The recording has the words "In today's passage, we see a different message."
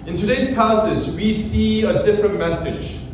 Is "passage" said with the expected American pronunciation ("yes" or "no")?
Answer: no